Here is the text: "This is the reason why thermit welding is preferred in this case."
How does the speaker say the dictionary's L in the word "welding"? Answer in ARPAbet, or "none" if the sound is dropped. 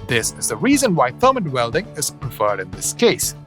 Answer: L